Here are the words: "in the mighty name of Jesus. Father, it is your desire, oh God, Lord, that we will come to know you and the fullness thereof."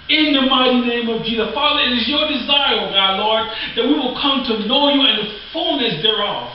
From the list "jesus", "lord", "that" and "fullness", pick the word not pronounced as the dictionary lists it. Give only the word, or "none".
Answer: jesus